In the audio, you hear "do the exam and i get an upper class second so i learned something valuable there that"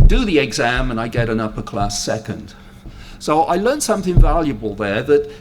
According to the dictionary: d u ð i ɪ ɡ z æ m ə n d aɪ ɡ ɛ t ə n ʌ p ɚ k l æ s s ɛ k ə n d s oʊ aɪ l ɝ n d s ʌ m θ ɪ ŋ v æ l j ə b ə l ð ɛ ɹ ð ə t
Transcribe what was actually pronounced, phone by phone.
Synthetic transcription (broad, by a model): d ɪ ð i ɪ ɡ z æ m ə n aɪ ɡ ɛ t ə n ʌ p ɚ k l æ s s ɛ k ə n d s oʊ aɪ l ɝ n s ʌ m θ ɪ ŋ v æ l j ə b ə l ð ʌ ɹ ð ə t